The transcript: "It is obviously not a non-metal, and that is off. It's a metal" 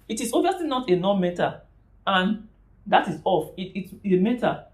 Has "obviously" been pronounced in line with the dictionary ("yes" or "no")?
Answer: no